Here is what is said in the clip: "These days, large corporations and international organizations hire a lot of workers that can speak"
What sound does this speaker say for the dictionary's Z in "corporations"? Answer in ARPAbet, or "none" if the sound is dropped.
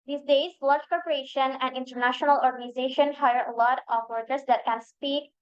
none